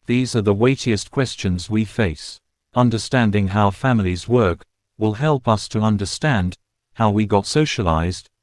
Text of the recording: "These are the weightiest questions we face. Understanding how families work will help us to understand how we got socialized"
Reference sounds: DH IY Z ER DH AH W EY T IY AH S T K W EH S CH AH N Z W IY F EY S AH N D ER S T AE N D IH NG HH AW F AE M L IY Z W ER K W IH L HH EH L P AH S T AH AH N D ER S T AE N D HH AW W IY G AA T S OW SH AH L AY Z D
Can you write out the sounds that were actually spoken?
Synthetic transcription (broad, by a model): DH IY Z ER DH AH W EY T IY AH S K W EH S CH AH N Z W IY F EY S AH N D ER S T AE N D IH NG HH AW F AE M L IY Z W ER K W IH L HH EH L P AH S T AH AH N D ER S T AE N D HH AW W IY G AA T S OW SH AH L AY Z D